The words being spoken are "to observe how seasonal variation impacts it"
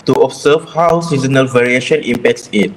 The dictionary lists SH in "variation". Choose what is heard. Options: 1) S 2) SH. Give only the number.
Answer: 2